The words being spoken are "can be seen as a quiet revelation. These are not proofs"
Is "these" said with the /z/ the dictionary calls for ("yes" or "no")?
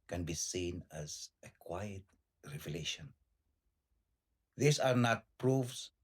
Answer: no